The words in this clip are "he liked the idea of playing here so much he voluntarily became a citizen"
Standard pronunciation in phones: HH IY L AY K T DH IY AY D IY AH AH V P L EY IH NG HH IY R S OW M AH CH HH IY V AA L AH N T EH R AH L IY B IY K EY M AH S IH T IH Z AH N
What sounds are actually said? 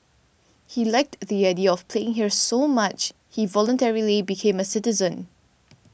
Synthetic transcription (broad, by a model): HH IY L AY K T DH IY AY D IY AH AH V P L EY IH NG HH IY R S OW M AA CH HH IY V AA L AH N T EH R AH L IY B IY K EY M AH S IH T IH Z AH N